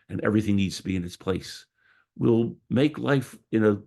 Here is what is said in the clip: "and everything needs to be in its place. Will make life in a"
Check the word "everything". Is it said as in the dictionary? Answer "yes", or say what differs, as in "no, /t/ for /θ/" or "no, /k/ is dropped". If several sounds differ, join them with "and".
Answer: yes